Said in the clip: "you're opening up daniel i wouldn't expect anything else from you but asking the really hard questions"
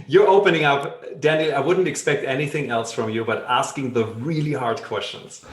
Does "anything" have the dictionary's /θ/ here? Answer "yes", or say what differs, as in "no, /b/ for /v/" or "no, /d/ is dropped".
yes